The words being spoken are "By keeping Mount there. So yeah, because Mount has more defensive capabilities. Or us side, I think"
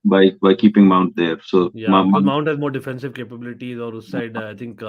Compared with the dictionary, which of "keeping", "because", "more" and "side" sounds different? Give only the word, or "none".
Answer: because